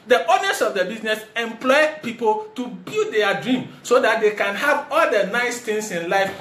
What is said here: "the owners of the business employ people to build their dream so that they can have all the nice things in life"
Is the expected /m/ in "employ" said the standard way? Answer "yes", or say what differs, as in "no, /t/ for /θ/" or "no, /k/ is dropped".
yes